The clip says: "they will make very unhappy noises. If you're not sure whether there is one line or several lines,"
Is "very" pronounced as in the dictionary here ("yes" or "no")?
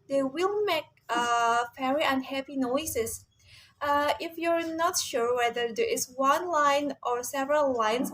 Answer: no